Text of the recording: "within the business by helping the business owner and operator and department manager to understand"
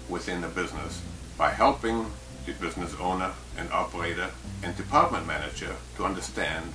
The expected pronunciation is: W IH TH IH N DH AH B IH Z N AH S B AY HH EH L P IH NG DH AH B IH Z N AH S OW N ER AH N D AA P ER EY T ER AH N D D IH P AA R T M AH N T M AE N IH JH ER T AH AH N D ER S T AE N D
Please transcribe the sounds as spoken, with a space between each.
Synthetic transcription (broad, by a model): W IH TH IH N DH AH B IH Z N AH S B AY HH EH L P IH NG DH AH B IH Z N AH S OW N ER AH N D AA P ER EY T ER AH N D D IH P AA R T M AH N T M AE N IH JH ER T AH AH N D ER S T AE N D